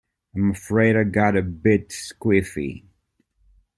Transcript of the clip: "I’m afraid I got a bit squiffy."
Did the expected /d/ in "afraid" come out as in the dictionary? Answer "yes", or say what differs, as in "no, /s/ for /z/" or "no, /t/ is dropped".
yes